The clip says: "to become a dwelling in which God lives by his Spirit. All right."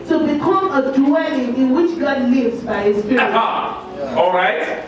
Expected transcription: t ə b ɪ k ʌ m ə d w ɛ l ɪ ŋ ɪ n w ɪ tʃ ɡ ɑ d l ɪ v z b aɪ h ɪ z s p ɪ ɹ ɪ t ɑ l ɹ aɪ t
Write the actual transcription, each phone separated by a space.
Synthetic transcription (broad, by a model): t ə b ɪ k ʌ m ə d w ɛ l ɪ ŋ ɪ n w ɪ tʃ ɡ ɑ d l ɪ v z b aɪ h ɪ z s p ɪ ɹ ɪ ɑ l ɹ aɪ t